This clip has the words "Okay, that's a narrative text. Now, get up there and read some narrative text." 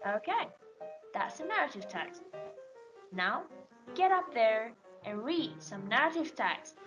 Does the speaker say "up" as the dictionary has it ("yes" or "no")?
yes